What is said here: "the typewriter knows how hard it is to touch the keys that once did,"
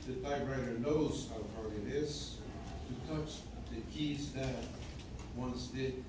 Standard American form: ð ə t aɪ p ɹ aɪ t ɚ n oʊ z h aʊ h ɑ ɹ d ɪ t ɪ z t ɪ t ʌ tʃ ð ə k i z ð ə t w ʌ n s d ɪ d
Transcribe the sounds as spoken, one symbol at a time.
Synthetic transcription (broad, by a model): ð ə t aɪ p ɹ aɪ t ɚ n oʊ z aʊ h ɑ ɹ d ɪ t ɪ z t ɪ t ʌ tʃ ð ə k i z ð ə t w ʌ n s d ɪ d